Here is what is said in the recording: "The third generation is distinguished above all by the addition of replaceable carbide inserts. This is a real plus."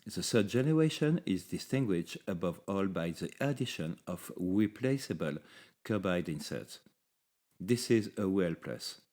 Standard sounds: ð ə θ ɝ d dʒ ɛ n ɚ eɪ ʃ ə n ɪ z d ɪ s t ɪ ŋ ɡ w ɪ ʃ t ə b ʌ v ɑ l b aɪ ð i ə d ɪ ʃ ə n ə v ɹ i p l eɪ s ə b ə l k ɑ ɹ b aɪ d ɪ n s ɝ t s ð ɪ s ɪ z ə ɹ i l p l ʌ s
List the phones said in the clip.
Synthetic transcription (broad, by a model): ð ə s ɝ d dʒ ɛ n ɚ eɪ ʃ ə n ɪ z d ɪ s t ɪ ŋ ɡ w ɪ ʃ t ə b ʌ v ɑ l b aɪ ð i ə d ɪ ʃ ə n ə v ɹ i p l eɪ s ə b ə l k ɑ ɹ b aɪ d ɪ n s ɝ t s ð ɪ s ɪ z ə w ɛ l p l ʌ s